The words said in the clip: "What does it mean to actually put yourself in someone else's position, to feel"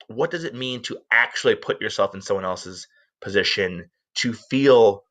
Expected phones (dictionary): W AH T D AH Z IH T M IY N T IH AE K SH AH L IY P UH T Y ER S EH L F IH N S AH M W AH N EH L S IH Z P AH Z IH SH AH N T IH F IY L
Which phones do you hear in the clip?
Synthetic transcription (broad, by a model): W AH T D AH Z IH T M IY N T IH AE K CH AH L IY P UH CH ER S EH L F N S AH M W AH N EH L S IH Z P AH Z IH SH AH N T IH F IY L